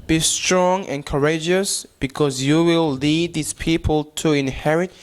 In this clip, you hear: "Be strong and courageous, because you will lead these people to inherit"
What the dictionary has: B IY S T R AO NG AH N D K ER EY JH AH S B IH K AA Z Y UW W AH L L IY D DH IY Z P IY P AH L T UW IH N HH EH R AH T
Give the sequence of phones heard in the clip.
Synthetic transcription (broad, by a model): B IY S T R AO NG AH N K ER EY JH AH S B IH K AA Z Y UW W AH L L IY D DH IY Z P IY P AH L T UW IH N HH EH R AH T